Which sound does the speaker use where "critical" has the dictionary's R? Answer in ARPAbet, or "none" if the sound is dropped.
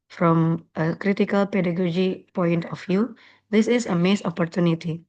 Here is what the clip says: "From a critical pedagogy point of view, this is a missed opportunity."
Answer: R